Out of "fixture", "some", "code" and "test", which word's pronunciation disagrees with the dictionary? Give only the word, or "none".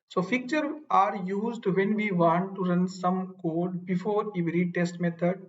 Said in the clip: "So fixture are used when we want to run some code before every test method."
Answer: fixture